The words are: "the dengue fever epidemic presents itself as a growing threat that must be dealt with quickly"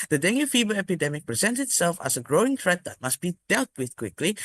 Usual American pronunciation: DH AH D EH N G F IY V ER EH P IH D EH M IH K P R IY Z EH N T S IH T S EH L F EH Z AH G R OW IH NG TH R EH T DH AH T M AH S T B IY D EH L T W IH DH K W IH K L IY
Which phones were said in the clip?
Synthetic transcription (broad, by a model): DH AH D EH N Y F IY B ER EH P IH D EH M IH K P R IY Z EH N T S IH T S EH L F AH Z AH G R OW IH NG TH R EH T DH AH T M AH S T B IY D EH L T W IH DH K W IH K L IY